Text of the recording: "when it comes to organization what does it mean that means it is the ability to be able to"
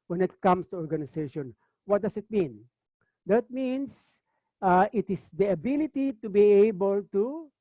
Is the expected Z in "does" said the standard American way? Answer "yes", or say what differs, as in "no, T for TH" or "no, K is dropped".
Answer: no, S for Z